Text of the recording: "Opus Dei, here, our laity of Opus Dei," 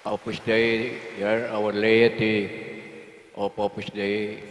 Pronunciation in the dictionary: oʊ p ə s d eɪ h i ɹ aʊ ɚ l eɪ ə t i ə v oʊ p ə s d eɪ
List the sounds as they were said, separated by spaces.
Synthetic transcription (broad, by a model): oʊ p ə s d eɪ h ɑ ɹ aʊ ɚ l eɪ ə t i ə p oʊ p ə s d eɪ